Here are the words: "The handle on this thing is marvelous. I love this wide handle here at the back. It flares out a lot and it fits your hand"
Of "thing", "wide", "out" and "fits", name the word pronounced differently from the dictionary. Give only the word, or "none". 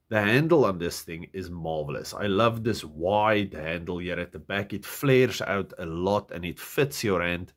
none